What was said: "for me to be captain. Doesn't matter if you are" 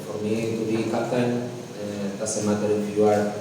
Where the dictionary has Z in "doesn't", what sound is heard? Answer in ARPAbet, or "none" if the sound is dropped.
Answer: S